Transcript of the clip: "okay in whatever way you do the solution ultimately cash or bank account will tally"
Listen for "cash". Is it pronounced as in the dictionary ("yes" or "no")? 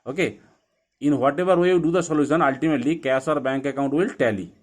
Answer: no